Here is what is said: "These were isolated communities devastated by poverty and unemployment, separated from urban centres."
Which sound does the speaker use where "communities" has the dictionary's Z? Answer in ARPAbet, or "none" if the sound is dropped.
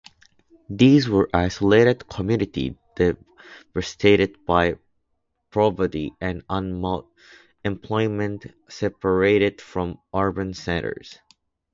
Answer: none